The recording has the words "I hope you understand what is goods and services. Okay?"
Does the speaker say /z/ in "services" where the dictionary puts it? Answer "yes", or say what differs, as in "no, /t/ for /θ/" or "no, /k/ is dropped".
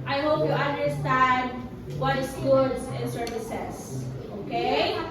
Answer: no, /s/ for /z/